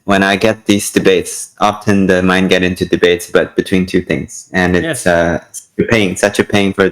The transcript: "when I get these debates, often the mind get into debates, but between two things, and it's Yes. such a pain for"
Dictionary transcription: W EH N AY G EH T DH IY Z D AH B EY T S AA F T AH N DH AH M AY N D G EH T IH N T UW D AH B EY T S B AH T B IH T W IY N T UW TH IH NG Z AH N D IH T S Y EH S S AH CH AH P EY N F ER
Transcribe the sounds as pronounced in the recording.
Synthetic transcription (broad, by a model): W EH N AY G EH T DH IY Z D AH B EY T S AA F T AH N DH AH M AY N G EH T IH N T UW D AH B EY T S B AH T B IH T W IY N T UW TH IH NG Z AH N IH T S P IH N S AH CH AH P EY N F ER